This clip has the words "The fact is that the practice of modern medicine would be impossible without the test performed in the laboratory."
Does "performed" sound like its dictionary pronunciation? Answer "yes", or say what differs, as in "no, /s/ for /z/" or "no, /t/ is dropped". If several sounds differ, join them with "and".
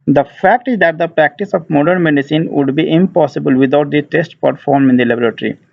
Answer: no, /d/ is dropped